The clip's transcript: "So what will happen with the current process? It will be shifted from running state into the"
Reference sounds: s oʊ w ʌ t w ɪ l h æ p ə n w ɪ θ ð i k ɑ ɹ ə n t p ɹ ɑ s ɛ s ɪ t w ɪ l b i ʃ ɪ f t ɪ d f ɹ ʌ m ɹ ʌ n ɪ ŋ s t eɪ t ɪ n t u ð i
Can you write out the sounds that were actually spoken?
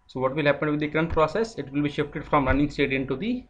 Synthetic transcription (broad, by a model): s oʊ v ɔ t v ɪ l h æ p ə n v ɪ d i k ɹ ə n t p ɹ ɑ s ɛ s ɪ t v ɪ l b i ʃ ɪ f t ɪ d f ɹ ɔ m ɹ ʌ n ɪ ŋ s t eɪ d ɪ n t u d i